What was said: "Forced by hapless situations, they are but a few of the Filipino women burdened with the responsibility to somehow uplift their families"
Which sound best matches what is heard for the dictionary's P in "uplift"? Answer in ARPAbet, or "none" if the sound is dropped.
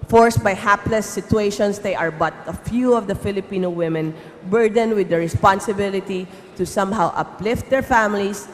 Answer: P